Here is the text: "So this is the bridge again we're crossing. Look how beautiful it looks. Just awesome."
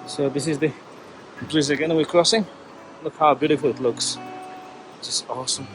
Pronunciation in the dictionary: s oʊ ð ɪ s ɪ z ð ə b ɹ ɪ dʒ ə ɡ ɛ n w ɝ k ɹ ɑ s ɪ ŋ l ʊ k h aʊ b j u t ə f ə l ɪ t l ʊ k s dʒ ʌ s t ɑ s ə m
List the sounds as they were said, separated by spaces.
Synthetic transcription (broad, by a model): s oʊ ð ɪ s ɪ z ð ə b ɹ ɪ z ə ɡ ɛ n w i k ɹ ɑ s ɪ ŋ l ʊ k h aʊ b j u t ə f ə l ɪ t l ʊ k s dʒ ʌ s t ɑ s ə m